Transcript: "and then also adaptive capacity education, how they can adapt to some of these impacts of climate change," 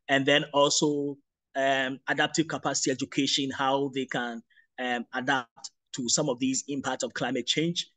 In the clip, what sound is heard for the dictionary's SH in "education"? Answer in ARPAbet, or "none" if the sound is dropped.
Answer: SH